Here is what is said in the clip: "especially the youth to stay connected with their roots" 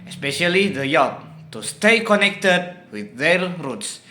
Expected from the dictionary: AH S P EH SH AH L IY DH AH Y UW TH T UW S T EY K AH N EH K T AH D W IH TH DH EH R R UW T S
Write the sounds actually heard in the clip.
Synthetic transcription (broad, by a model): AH S P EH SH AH L IY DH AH Y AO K T UW S T EY K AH N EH K T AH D W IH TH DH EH L R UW T S